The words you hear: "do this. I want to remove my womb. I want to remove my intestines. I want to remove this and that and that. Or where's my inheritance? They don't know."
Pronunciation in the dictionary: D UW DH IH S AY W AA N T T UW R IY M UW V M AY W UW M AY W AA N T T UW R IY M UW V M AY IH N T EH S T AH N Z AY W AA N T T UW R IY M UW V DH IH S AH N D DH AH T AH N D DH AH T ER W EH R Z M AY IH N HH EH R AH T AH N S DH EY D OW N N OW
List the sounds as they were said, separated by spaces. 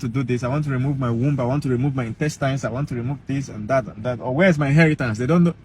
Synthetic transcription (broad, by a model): D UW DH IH S AY W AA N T T UW R IY M UW V M AY W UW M AY W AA N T T UW R IY M UW V M AY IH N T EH S T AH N S AY W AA N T T UW R IY M UW V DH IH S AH N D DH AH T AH N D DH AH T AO W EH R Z M AY IH N HH EH R AH T AH N S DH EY D OW N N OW